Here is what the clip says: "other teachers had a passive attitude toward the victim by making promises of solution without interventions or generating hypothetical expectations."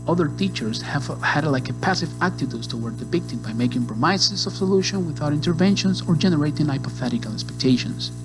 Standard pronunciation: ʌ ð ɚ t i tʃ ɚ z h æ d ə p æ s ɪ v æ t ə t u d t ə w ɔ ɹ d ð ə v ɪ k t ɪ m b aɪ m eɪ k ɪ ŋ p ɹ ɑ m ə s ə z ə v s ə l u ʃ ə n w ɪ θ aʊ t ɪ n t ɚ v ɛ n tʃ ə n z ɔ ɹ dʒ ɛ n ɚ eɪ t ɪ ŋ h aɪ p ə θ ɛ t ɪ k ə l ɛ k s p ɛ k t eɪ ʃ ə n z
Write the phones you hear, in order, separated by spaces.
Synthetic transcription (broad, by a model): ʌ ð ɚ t i tʃ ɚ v h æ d ə p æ s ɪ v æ t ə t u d t ə w ɔ ɹ d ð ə p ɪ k t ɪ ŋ b aɪ m eɪ k ɪ ŋ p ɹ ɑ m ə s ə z ə v s ə l u ʃ ə n w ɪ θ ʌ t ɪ n t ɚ v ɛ n ʃ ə n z ɔ ɹ dʒ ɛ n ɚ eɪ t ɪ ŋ aɪ p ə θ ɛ t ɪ k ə l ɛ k s p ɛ k t eɪ ʃ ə n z